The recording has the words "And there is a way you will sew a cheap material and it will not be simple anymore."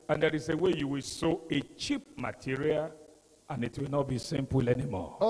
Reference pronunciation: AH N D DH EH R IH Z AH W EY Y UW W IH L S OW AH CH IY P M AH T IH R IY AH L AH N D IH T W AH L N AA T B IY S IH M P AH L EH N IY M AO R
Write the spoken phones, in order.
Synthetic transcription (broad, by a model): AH N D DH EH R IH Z AH W EY Y UW W IH L S OW AH CH IY P M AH T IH R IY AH L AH N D IH T W AH L N AA T B IY S IH M P AH L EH N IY M AO